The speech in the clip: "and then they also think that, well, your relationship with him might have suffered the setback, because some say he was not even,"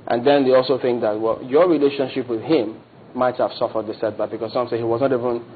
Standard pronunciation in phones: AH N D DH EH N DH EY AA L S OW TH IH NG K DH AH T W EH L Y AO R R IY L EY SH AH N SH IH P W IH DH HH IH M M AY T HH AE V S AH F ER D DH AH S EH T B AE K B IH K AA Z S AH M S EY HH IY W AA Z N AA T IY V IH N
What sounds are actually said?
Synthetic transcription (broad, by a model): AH N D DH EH N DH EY AA L S OW TH IH NG K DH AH T W EH L Y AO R R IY L EY SH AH N SH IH P W IH DH HH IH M M AY T HH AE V S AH F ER D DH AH S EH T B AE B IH K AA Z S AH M S EY HH IY W AA Z N AA T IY V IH N